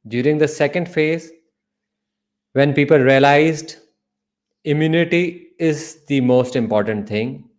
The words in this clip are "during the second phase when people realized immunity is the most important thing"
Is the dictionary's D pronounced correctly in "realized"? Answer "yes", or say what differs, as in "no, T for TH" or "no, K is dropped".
yes